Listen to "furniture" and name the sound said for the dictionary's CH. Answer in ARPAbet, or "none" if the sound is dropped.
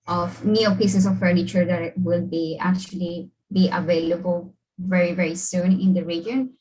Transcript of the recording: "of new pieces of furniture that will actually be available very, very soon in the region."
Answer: CH